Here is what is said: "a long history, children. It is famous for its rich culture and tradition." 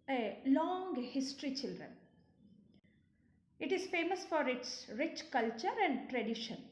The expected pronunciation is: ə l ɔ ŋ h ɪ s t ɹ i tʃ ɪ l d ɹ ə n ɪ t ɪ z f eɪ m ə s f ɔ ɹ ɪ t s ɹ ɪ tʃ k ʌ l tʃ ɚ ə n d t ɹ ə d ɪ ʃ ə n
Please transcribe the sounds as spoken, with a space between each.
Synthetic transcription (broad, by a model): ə l ɔ ŋ h ɪ s t ɹ i tʃ ɪ l d ɹ ə n ɪ t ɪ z f eɪ m ə s f ɔ ɹ ɪ t s ɹ ɪ tʃ k ʌ l tʃ ɚ ə n d t ɹ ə d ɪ ʃ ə n